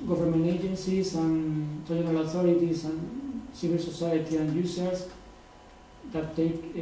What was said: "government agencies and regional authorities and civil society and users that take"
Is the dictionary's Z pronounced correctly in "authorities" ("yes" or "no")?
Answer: no